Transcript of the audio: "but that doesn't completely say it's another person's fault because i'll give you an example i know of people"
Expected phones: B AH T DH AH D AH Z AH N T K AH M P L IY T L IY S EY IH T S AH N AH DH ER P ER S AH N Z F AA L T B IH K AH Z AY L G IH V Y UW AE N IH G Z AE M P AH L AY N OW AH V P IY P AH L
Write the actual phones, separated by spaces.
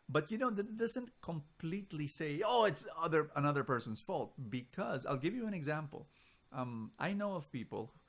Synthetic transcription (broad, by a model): B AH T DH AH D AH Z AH N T K AH M P L IY T L IY S EY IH T S AH N AH DH ER P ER S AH N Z F AA L T B IH K AH Z AY L G IH V Y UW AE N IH G Z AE M P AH L AY N OW AH V P IY P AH L